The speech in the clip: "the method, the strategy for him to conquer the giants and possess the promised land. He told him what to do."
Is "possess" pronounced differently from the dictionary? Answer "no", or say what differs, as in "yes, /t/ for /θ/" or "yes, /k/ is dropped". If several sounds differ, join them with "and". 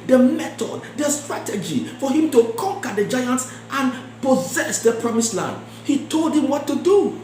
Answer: no